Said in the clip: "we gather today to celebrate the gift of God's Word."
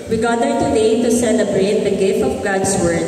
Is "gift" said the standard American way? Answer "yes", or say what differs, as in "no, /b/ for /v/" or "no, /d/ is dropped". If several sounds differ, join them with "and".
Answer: yes